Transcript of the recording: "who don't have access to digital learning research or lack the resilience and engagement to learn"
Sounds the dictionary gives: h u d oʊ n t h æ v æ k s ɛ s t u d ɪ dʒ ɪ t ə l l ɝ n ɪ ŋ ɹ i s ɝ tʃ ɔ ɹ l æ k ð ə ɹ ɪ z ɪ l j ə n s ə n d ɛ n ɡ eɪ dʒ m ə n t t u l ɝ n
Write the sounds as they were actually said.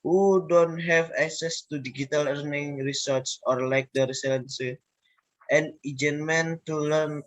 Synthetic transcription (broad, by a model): h u d oʊ n t h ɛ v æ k s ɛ s t u d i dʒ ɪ t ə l l ɝ n ɪ ŋ ɹ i s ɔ s ɔ ɹ l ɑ k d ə ɹ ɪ s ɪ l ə n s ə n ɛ n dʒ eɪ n m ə n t t u l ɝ n